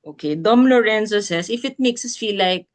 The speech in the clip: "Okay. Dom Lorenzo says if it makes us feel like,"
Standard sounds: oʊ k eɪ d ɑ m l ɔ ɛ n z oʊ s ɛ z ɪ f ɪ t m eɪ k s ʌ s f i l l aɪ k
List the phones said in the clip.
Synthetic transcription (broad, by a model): oʊ k eɪ d ɑ m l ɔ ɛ n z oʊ s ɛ s ɪ f ɪ t m eɪ k s ʌ s f i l l aɪ k